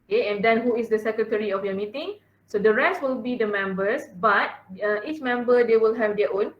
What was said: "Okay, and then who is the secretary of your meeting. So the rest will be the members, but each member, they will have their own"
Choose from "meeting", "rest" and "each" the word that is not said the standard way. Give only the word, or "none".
none